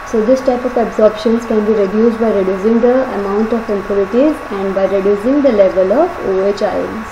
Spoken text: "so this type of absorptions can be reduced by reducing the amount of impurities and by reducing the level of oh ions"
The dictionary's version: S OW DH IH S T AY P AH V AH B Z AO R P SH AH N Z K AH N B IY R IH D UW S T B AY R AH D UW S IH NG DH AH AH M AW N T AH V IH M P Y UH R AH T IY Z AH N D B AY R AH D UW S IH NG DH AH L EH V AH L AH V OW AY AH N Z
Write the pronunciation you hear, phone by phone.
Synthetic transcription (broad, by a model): S OW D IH S T AY P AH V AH B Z AO R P SH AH N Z K AH N B IY R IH D UW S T B AY R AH D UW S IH NG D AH AH M AW N T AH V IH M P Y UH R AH T IY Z AH N D B AY R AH D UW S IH NG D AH L EH V AH L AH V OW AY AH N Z